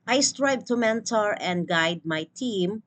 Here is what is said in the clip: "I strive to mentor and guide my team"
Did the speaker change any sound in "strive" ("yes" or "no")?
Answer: yes